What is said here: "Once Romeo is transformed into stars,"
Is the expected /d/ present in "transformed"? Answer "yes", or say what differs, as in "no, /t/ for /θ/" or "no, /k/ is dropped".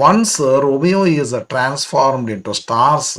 yes